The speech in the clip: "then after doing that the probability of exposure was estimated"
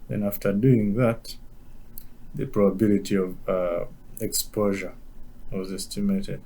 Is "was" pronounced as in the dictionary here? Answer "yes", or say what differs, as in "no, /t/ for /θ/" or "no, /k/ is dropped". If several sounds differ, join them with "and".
yes